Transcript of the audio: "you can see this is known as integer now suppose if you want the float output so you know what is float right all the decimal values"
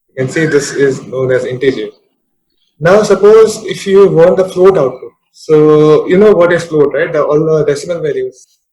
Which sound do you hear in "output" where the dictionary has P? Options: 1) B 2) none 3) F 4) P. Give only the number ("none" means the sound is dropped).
2